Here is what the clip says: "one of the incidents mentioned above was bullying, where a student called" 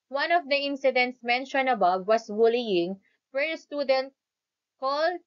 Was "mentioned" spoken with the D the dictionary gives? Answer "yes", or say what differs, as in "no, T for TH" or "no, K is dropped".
no, D is dropped